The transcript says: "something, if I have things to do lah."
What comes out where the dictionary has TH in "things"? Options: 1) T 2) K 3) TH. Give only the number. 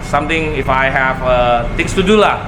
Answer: 1